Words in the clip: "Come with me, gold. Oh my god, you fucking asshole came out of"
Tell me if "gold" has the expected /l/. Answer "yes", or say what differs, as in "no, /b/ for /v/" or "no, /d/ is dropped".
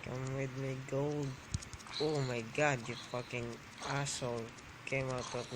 no, /w/ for /l/